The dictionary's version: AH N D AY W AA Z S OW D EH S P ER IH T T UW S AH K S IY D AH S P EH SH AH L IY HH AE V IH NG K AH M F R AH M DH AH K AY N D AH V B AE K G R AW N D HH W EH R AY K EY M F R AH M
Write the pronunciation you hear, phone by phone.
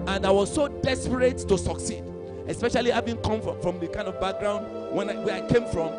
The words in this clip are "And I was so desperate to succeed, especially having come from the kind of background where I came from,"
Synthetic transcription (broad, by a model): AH N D AY W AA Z S OW D EH S P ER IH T T UW S AH K S IY D AH S P EH SH AH L IY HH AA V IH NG K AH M F R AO M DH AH K AY N D AH V B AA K G R AW N D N W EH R AY K EY M F R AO M